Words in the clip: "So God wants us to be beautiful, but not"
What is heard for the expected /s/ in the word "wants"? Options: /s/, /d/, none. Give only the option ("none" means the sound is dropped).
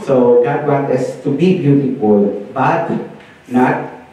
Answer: none